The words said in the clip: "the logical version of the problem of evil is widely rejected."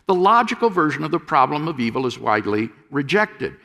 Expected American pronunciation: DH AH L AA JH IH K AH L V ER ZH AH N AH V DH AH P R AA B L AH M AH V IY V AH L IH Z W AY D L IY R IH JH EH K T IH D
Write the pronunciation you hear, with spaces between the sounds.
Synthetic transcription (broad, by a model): DH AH L AA JH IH K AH L V ER ZH AH N AH V DH AH P R AA B L AH M AH V IY V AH L IH Z W AY D L IY R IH JH EH K T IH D